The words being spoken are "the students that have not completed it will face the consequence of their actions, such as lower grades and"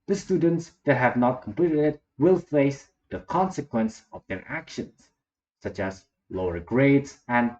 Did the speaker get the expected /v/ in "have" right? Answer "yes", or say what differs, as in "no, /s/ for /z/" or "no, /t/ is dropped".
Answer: yes